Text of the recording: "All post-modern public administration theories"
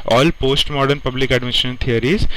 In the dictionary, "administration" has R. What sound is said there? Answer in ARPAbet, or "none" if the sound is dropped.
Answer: none